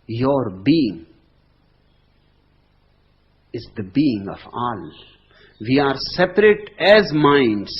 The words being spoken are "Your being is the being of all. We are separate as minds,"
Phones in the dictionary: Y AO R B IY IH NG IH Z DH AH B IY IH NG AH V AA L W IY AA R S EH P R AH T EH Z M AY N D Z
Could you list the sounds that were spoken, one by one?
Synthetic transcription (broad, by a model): Y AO R B IY IH NG IH Z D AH B IY IH NG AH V AA L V IY AA R S EH P R AH T EH Z M AY N D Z